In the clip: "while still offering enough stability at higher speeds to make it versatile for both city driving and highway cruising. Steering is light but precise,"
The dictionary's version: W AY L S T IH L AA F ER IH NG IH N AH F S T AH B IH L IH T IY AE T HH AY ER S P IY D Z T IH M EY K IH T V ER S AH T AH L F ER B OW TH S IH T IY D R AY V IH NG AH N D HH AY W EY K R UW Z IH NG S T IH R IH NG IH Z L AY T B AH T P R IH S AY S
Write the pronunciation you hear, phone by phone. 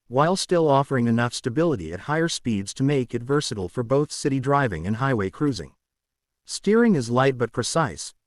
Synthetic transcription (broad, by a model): W AY L S T IH L AA F ER IH NG IH N AH F S T AH B IH L IH T IY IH T HH AY ER S P IY D Z T IH M EY K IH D V ER S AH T L F ER B OW TH S IH T IY D R AY V IH NG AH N HH AY W EY K R UW Z IH NG S T IH R IH NG IH Z L AY T B AH T P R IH S AY S